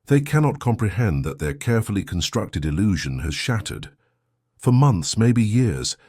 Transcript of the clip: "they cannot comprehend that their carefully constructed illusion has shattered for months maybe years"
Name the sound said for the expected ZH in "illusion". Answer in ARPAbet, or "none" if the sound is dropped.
ZH